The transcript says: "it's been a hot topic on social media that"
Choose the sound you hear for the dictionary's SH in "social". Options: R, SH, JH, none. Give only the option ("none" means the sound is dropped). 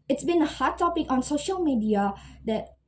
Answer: SH